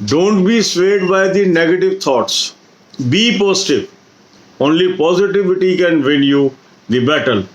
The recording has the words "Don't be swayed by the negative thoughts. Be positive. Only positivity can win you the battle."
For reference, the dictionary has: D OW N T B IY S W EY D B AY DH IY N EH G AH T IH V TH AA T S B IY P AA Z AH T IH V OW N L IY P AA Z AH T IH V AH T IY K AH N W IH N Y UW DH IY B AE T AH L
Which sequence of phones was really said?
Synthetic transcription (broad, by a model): D OW N T B IY S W EY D B AY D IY N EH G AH T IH V T AA T S B IY P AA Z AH T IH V OW N L IY P AA Z AH T IH V AH T IY K AH N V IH L Y UW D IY B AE T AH L